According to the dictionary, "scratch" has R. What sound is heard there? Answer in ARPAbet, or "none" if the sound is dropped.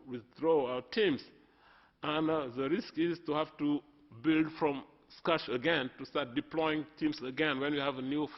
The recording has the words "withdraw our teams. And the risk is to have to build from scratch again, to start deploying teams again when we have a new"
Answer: none